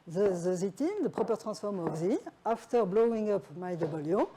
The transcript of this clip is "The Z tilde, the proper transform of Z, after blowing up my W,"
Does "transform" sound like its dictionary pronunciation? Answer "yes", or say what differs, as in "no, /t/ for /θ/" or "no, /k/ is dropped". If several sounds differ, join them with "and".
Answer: no, /n/ is dropped